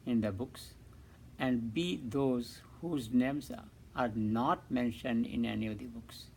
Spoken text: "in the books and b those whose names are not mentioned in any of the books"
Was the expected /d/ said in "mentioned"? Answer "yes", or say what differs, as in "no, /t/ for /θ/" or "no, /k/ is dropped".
yes